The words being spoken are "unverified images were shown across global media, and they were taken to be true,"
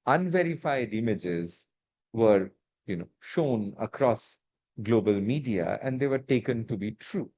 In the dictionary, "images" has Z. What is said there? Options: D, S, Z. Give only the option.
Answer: Z